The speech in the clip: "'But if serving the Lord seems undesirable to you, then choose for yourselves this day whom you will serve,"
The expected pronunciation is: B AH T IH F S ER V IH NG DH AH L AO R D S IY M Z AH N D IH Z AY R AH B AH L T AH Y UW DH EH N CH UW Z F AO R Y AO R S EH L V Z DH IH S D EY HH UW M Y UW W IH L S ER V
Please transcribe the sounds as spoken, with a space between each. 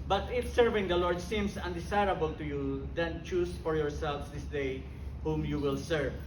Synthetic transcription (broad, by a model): B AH T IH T S ER V IH NG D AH L AO R D S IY M S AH N D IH S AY R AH B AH L T AH Y UW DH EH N CH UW S F AO R Y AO R S EH L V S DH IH S D EY HH UW M Y UW W IH L S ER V